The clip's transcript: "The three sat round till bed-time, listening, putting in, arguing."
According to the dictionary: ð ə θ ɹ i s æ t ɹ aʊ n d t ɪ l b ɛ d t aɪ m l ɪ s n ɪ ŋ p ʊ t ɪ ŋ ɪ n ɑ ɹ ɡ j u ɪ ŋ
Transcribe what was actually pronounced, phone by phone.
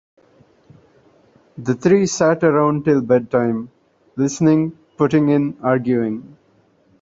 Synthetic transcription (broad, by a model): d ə t ɹ i s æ t ɹ aʊ n d t ɪ l b ɛ d t aɪ m l ɪ s n ɪ ŋ p ʊ t ɪ ŋ ɪ n ɑ ɹ ɡ j u ɪ ŋ